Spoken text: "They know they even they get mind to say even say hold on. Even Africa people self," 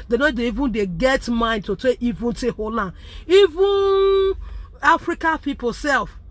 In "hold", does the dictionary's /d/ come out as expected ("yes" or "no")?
no